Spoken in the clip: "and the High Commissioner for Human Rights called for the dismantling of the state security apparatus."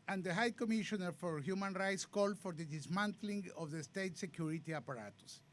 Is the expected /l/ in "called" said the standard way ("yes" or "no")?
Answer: yes